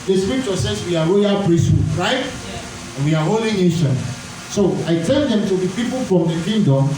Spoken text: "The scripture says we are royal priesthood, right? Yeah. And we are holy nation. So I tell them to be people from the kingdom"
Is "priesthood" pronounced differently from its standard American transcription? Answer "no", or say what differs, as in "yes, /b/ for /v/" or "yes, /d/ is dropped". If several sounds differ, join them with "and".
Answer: no